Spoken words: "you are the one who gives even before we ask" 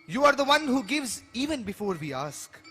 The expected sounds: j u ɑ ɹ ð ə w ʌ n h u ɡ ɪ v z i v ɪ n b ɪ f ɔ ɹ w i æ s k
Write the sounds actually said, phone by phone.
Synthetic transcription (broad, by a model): j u ɑ ɹ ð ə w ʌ n h u ɡ ɪ v z i v ɪ n b ɪ f ɔ ɹ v i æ s k